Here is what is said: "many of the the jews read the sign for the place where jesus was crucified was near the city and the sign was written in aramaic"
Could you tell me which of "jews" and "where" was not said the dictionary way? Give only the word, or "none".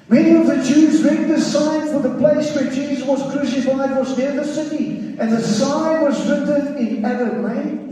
none